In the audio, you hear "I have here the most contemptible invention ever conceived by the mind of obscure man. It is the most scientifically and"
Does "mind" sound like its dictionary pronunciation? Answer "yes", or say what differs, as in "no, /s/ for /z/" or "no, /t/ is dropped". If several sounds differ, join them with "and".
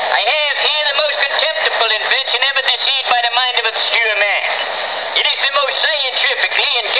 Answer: yes